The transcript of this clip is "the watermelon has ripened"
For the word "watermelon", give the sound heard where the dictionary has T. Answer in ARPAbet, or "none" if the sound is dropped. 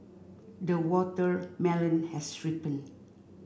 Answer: T